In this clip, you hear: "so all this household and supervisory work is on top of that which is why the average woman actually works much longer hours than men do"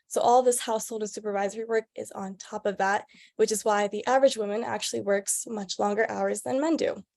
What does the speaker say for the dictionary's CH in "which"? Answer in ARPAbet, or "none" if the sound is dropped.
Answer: CH